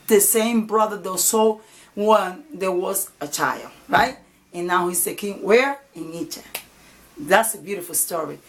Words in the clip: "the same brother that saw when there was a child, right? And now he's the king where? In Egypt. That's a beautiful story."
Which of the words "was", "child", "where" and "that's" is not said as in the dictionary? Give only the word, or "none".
none